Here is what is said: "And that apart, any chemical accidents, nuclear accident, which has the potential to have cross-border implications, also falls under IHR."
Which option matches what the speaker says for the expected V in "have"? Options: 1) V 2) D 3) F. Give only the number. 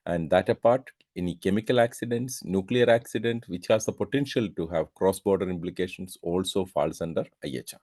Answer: 1